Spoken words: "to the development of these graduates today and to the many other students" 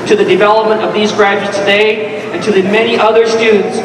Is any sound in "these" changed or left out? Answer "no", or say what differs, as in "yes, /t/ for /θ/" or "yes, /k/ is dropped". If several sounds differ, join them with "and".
no